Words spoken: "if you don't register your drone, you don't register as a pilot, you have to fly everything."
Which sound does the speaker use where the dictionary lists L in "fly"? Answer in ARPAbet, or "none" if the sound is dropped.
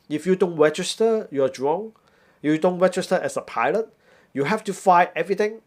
none